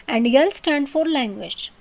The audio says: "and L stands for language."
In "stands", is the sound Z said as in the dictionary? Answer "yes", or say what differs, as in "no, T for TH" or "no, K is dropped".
no, Z is dropped